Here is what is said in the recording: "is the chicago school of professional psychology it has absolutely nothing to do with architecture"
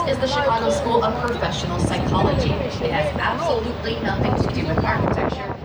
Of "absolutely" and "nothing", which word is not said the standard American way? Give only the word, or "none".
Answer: none